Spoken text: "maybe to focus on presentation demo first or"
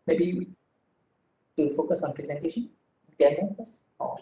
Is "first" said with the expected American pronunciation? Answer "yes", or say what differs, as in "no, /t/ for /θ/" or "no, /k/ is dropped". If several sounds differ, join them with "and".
no, /t/ is dropped